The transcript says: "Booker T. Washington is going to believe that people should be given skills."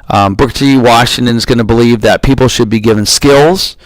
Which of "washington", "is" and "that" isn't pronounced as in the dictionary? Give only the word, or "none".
none